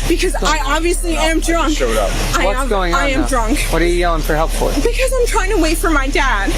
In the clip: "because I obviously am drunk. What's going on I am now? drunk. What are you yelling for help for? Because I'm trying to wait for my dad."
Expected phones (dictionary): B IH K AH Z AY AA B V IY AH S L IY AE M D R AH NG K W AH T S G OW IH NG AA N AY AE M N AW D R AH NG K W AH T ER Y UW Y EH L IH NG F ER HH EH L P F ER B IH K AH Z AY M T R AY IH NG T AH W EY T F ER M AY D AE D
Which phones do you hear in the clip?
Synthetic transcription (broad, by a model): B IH K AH Z AY AA B V IY AH S L IY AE M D R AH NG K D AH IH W G OW IH NG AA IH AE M D R AH NG K W AH T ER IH IH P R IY HH EH L P F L B IH K AH Z AY M T R AY IH NG T AH W EY T F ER M AY D AE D